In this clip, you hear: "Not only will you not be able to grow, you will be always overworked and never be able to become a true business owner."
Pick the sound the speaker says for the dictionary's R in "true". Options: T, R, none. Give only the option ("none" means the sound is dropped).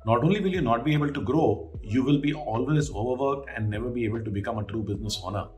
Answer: R